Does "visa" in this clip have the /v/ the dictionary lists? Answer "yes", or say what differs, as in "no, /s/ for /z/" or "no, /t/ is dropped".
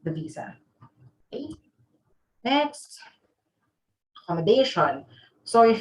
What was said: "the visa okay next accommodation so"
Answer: yes